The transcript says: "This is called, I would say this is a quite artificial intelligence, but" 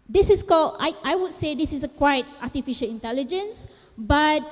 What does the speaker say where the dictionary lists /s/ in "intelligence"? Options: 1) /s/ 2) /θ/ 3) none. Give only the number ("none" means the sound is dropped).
1